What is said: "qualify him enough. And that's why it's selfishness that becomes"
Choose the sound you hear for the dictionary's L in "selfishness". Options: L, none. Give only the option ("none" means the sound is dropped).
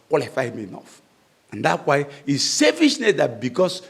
none